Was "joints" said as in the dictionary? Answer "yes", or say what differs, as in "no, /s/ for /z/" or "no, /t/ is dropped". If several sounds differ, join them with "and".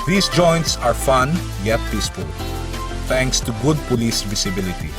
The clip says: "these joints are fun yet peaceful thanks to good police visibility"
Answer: yes